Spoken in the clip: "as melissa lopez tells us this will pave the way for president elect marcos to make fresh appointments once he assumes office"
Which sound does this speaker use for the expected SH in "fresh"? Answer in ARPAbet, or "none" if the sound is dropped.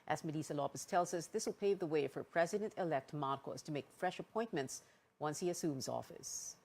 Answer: SH